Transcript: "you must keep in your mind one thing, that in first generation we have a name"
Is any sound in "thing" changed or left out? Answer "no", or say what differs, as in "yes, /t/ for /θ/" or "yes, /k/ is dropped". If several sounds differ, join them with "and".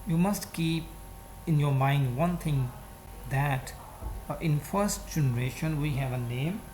yes, /t/ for /θ/